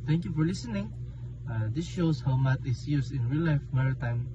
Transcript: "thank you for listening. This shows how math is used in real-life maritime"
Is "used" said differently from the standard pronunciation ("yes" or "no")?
yes